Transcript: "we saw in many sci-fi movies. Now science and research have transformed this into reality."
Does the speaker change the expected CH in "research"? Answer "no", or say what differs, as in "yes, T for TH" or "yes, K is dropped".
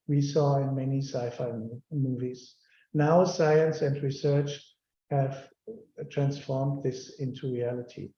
no